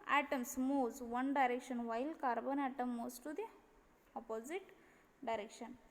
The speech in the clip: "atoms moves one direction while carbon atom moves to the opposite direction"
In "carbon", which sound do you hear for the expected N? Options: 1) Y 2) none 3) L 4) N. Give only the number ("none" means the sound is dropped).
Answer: 4